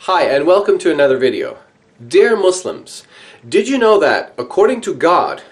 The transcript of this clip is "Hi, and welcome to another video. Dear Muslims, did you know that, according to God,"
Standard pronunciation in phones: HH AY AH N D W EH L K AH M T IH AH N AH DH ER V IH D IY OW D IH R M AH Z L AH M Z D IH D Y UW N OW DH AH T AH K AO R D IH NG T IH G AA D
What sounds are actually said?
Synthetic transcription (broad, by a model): HH AY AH N W EH L K AH M T IH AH N AH DH ER V IH D IY OW D IH R M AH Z L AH M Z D IH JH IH N OW DH AH T AH K AO R D IH NG T IH G AA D